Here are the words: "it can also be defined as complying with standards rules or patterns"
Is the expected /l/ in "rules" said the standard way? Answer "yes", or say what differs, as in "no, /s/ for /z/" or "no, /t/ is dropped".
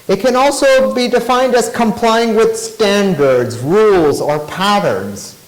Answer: yes